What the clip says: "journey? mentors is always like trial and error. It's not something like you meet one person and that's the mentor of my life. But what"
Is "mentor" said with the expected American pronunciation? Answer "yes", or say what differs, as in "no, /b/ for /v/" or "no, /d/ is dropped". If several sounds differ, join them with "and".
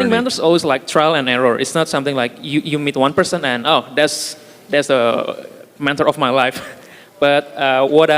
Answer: no, /n/ is dropped